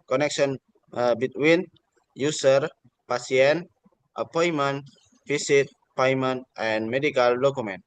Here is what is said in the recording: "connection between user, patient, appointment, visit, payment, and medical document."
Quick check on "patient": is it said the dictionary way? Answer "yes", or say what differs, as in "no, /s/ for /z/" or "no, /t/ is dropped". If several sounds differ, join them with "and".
no, /s/ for /ʃ/